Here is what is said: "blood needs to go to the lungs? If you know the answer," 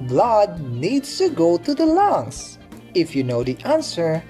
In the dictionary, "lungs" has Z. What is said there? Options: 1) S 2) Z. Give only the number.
1